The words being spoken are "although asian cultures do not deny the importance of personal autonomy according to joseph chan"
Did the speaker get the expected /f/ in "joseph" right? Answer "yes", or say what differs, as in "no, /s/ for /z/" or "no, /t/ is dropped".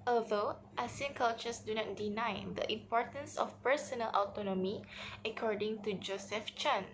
yes